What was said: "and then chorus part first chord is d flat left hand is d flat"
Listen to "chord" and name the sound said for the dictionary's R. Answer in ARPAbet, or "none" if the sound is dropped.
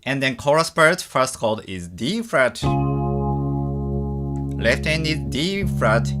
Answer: L